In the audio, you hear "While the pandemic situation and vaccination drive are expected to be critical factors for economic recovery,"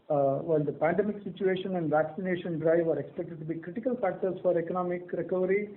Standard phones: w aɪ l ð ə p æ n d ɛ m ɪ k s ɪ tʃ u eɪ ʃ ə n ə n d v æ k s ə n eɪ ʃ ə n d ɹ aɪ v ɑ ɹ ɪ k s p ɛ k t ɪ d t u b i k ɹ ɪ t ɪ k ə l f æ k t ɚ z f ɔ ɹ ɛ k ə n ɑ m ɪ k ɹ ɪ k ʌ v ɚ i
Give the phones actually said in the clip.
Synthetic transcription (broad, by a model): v aɪ l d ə p æ n d ɛ m ɪ k s ɪ tʃ u eɪ ʃ ə n ə n d v æ k s ə n eɪ ʃ ə n d ɹ aɪ v ɑ ɹ ɪ k s p ɛ k t ɪ d t u b i k ɹ ɪ t ɪ k ə l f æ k t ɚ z f ɔ ɹ ɛ k ə n ɑ m ɪ k ɹ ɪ k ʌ v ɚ i